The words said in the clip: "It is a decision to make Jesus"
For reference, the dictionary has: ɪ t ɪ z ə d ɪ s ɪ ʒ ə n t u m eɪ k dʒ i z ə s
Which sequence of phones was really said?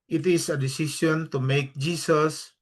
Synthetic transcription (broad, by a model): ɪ t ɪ s ə d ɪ s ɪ s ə n t u m eɪ k dʒ i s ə s